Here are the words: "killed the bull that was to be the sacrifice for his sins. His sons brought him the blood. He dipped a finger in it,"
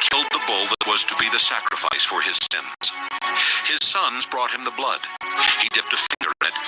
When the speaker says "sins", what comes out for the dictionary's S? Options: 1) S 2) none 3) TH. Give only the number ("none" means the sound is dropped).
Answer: 1